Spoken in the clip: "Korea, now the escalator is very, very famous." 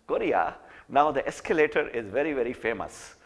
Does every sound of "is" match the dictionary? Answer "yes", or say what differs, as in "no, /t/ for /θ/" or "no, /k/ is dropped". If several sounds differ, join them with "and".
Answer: yes